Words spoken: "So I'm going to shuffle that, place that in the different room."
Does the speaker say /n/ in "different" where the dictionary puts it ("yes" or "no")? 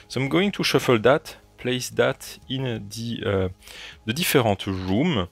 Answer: no